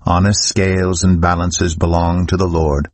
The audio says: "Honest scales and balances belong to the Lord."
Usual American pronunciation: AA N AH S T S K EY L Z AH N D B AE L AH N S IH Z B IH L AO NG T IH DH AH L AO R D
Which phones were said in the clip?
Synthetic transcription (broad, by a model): AA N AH S T S K EY L Z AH N B AE L AH N S IH Z B IH L AO NG T IH DH AH L AO R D